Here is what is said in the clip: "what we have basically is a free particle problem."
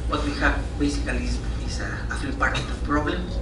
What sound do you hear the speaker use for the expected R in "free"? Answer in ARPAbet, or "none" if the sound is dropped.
none